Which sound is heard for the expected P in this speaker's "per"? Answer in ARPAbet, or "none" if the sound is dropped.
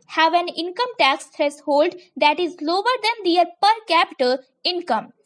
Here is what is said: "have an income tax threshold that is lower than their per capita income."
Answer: P